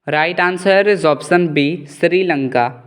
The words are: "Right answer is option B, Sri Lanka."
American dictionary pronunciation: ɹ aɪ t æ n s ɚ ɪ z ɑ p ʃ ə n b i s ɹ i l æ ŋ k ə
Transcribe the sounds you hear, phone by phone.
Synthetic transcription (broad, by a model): ɹ aɪ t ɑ n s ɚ ɪ z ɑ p s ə n b i s ɹ i l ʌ ŋ k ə